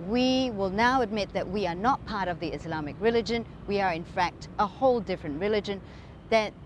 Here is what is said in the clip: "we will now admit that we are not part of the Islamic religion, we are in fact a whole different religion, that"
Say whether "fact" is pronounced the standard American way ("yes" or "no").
yes